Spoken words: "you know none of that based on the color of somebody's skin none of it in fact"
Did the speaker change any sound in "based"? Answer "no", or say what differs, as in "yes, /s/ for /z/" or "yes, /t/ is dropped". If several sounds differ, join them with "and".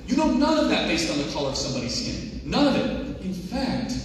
no